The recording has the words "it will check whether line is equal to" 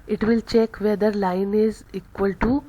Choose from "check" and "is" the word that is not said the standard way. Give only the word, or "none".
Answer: none